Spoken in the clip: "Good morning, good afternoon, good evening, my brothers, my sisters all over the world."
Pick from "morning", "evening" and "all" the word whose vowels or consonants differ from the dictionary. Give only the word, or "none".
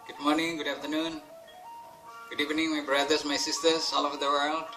none